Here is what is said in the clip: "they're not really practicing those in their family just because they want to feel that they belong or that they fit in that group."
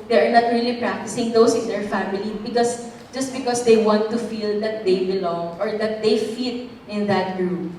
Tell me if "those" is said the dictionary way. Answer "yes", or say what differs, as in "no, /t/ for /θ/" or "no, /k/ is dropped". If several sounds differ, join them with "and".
no, /s/ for /z/